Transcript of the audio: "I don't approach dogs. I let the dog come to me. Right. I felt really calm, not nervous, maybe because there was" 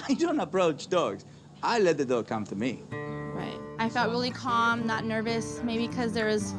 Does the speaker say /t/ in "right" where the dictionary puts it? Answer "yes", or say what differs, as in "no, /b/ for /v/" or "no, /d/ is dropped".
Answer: yes